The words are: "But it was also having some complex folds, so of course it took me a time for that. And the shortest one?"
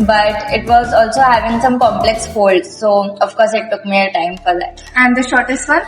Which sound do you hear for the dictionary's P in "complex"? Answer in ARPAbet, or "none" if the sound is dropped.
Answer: P